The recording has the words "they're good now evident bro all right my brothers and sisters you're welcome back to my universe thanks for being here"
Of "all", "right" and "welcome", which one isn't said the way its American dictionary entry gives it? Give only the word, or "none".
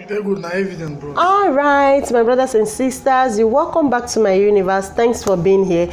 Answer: none